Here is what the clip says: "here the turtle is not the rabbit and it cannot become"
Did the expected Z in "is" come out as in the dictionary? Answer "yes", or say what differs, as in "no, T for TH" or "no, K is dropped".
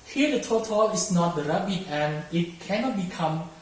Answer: no, S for Z